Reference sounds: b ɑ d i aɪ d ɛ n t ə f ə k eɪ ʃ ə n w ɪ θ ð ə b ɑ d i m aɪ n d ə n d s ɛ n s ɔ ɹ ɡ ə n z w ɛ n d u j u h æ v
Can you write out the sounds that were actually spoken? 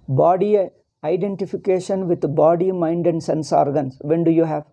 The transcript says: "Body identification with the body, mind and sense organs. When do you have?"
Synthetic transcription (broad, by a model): b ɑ d i aɪ d ɛ n t ə f ə k eɪ ʃ ə n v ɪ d b ɑ d i m aɪ n d ə n d s ɛ n s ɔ ɹ ɡ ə n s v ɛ n d u j u h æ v